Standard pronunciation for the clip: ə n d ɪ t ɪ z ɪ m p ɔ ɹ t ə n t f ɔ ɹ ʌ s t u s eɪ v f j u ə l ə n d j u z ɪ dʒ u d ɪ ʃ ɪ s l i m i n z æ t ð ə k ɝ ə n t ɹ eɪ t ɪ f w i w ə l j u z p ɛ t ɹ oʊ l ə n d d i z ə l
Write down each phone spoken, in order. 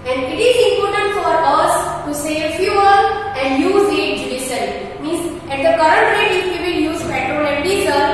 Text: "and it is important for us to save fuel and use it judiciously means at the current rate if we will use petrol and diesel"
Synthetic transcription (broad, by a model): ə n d ɪ t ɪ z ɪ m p ɔ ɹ t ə n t f ɔ ɹ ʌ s t u s eɪ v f j u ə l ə n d j u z ɪ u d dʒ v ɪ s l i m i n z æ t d ə k ɝ ə n t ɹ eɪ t ɪ f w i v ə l j u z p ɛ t ɹ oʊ n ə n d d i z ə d